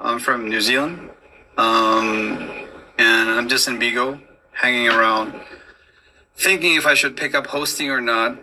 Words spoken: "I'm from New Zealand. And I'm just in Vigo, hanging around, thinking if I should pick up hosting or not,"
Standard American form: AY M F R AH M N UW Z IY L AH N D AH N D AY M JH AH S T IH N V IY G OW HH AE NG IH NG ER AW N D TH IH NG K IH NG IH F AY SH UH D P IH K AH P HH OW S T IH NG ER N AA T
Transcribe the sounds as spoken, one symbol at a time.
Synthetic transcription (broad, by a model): AY M F R AH M N UW Z IY L AH N D AH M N AY M JH AH S T IH N B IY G OW HH AE NG IH NG ER AW N D TH IH NG K IH NG IH F AY SH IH D P IH K AH P HH OW S T IH NG ER N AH T